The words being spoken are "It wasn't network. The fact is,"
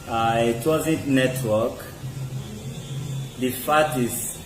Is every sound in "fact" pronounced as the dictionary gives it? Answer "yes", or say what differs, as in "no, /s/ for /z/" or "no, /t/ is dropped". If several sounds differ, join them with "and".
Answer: no, /k/ is dropped